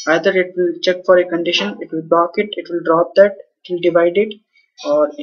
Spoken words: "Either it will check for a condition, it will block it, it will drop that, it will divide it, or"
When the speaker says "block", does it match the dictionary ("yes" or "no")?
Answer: no